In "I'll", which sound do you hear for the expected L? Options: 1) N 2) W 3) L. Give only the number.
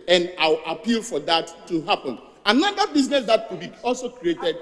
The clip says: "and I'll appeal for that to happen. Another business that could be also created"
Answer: 2